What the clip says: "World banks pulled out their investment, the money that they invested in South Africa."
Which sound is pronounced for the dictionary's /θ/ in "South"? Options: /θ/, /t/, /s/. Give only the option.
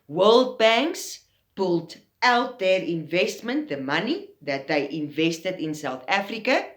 /θ/